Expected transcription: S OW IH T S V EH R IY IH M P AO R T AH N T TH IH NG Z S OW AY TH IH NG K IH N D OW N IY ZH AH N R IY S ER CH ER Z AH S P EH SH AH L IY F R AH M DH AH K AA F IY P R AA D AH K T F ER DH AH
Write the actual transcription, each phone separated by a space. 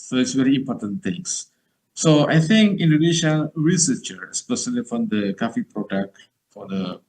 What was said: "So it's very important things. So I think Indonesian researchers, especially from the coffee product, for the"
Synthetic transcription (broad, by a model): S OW IH T S V EH R IY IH M P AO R T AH N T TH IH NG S S OW AY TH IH NG K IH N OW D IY SH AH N R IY S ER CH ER AH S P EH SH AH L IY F R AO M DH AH K AA F IY P R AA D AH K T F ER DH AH